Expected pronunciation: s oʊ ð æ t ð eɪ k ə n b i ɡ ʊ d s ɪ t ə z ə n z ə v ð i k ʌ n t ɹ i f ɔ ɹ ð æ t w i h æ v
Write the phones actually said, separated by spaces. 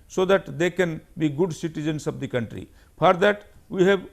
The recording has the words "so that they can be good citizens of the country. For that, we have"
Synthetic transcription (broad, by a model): s oʊ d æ t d eɪ k ə n b i ɡ ʊ d s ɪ t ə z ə n s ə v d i k ʌ n t ɹ i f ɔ ɹ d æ t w i h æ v